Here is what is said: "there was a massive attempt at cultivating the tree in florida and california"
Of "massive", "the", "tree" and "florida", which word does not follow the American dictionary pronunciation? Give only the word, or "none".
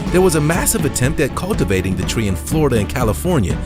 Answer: none